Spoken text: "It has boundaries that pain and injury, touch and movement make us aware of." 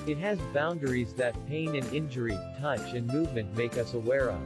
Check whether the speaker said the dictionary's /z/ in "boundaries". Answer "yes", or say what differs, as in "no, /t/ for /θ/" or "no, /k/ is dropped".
yes